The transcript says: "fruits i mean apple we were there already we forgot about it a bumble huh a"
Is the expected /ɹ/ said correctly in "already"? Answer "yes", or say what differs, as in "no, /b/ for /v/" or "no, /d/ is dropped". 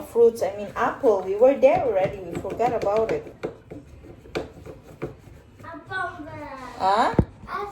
yes